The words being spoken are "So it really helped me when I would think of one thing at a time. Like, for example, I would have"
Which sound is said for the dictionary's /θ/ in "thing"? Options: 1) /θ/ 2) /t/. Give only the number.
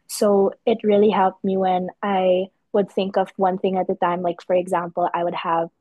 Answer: 1